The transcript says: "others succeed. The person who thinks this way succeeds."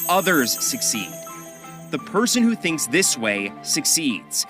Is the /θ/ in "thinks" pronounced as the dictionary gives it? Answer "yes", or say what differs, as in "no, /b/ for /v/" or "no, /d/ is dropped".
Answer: yes